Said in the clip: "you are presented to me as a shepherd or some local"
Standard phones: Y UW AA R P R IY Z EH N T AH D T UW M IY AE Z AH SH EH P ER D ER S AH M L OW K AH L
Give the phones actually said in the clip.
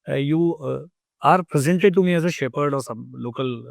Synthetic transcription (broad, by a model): Y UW AA R P R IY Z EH N T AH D T UW M IY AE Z AH SH EH P ER D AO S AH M L OW K AH L